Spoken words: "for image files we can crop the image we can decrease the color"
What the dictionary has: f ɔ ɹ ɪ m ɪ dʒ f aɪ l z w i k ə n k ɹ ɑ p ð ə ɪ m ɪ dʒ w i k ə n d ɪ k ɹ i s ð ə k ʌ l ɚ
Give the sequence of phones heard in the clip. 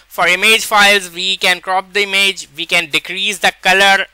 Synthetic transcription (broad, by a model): f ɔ ɹ ɪ m ɪ dʒ f aɪ l z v i k ə n k ɹ ɑ p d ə ɪ m ɪ dʒ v i k ə n d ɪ k ɹ i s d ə k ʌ l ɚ